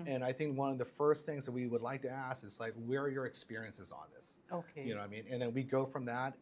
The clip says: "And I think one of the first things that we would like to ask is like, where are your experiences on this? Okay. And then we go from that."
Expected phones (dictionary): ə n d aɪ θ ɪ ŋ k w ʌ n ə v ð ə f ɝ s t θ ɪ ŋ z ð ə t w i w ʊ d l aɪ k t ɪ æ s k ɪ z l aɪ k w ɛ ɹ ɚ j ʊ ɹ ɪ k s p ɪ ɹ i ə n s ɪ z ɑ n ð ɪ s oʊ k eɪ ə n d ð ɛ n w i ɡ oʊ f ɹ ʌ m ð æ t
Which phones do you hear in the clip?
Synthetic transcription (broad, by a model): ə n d aɪ θ ɪ ŋ k w ʌ n ə v ð ə f ɝ s t θ ɪ ŋ z ð ə t w i w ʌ d l aɪ k t ɪ æ s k ɪ z l aɪ k w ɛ ɹ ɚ j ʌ ɹ ɪ k s p ɪ ɹ i ə n s ɪ z n ð ɪ s oʊ k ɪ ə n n ð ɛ n w i ɡ oʊ f ɹ ʌ m ð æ t